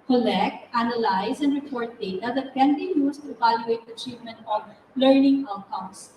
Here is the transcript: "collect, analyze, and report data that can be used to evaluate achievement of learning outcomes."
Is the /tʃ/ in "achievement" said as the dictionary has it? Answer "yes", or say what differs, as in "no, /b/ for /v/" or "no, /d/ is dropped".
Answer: yes